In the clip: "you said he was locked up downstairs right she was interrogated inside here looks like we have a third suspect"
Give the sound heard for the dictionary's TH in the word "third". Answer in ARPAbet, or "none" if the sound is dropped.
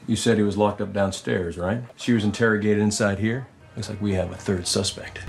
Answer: TH